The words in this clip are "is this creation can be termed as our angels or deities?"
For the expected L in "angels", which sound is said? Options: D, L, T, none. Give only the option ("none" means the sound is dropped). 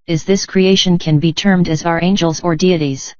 L